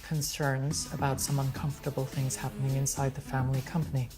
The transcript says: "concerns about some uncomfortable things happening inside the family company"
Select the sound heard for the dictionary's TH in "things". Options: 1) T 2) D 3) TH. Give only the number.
3